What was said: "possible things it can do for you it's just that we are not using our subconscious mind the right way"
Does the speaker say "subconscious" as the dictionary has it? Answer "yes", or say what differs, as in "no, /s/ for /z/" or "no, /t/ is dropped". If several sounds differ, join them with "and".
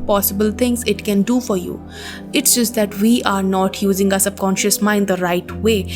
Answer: no, /b/ is dropped